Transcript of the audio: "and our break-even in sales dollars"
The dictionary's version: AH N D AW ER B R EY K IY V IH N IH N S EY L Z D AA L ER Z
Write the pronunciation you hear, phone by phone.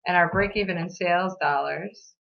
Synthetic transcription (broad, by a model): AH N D AW ER B R EY K IY V IH N IH N S EY L Z D AA L ER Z